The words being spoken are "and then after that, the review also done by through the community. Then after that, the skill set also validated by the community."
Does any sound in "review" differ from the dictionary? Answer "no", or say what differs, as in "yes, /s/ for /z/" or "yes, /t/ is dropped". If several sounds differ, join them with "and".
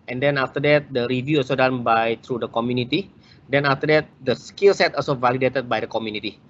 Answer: no